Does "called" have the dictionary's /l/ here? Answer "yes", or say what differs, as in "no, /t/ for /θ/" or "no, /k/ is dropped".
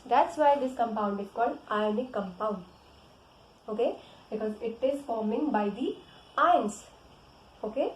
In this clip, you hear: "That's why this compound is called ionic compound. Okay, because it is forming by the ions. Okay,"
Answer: no, /l/ is dropped